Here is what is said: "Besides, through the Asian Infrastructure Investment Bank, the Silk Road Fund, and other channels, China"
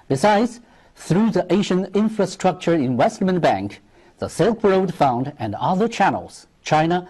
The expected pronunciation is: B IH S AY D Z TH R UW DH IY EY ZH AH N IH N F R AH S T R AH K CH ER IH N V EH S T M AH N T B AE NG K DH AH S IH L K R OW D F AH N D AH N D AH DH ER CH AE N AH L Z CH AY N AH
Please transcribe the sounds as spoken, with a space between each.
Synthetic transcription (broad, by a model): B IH S AY D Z TH R UW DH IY EY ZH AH N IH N F R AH S T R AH K CH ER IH N W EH S T M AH N B AE NG K DH AH S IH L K R OW D F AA N D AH N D AH DH ER CH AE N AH L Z CH AY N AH